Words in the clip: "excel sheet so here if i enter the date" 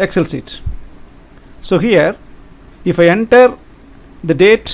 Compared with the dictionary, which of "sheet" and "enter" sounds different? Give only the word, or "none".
sheet